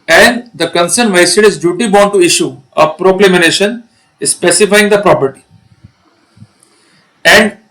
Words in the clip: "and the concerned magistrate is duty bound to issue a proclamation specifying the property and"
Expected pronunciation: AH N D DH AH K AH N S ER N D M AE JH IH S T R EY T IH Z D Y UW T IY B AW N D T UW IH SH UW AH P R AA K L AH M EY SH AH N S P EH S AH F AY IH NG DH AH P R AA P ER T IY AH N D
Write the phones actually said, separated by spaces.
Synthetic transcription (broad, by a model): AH N D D AH K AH N S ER N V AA IH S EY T IH Z D Y UW T IY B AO N T UW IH SH UW AH P R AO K L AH M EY SH AH N S P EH S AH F AY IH NG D AH P R AA P ER T IY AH N D